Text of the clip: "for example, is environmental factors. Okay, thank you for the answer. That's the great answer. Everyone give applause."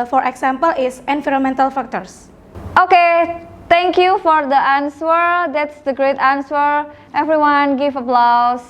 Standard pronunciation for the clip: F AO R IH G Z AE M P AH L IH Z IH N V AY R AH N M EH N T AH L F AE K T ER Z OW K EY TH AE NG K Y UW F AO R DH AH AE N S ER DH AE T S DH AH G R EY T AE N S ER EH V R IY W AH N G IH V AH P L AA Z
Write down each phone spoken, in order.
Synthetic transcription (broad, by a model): F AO R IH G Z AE M P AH L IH S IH N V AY R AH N M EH N T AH L F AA K T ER S OW K EY T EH NG K Y UW F AO R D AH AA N S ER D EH T S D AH G R EY T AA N S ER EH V R IY W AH N G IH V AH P L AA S